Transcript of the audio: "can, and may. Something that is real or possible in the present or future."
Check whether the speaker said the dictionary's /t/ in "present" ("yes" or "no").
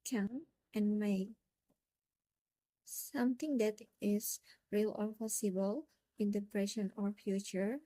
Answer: no